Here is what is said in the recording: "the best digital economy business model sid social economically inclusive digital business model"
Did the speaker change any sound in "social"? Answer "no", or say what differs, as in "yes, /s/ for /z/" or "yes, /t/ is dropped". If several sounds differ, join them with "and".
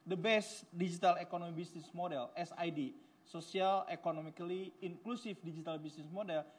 yes, /s/ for /ʃ/